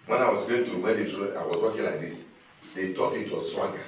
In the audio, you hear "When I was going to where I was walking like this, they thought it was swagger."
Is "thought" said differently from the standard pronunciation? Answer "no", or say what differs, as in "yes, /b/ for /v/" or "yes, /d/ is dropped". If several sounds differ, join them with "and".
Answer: yes, /t/ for /θ/